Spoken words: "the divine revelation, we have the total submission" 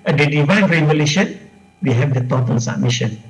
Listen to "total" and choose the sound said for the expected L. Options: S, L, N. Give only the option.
N